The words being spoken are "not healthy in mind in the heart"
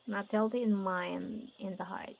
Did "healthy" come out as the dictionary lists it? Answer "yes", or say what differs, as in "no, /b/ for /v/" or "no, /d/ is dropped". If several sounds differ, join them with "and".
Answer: no, /t/ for /θ/